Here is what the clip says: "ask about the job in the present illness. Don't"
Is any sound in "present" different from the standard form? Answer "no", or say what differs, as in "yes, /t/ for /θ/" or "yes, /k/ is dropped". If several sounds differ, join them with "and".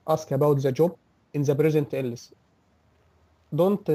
yes, /b/ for /p/